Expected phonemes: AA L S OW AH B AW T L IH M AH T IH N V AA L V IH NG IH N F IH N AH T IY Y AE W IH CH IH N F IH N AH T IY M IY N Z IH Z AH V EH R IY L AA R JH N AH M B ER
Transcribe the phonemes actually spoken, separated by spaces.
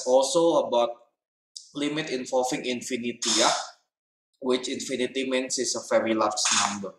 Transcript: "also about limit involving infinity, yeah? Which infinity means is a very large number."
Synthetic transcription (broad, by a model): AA L S OW AH B AW T L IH M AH T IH N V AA L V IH NG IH N F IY N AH T IY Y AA W IH CH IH N F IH N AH T IY M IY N S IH S AH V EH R IY L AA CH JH N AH M B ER